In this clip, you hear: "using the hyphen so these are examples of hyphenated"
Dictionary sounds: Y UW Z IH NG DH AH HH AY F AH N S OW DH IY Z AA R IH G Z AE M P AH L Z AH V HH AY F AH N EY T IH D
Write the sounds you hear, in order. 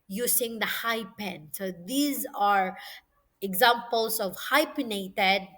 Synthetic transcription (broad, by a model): Y UW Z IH NG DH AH HH AY P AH N S OW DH IY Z AA R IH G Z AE M P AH L S AH V HH AY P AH N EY T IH D